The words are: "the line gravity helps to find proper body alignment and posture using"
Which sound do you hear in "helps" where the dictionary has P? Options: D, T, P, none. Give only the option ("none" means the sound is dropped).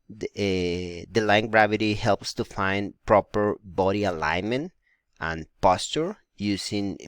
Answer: P